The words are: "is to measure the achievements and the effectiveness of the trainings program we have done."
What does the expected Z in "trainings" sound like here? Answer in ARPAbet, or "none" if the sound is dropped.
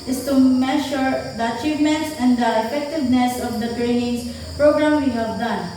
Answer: S